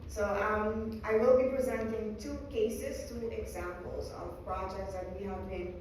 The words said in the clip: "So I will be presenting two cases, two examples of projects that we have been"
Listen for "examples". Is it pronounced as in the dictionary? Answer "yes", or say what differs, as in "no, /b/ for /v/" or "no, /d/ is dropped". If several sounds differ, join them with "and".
yes